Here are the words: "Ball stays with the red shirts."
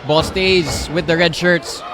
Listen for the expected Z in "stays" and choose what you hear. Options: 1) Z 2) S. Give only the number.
1